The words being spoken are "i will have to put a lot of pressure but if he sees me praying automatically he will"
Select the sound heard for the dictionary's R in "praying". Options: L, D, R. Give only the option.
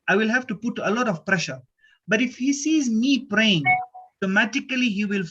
R